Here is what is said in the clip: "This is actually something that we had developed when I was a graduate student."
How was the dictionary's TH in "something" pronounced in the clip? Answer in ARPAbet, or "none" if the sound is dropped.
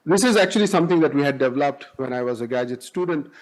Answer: T